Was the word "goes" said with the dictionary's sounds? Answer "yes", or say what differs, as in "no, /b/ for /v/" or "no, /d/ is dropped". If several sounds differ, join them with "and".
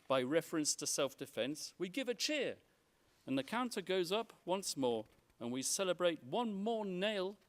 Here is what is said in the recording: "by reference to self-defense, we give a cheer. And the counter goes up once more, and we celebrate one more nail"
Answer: yes